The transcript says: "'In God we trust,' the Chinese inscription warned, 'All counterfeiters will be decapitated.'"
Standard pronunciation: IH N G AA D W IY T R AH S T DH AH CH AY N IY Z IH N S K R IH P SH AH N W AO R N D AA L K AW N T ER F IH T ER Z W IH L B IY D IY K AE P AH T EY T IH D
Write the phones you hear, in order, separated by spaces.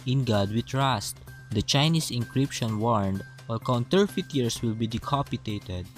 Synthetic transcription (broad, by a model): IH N G AA D W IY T R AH S T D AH CH AY N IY S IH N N K R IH P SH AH N W AO R N D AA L K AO N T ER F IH T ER S W IH L B IY D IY K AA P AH T EY T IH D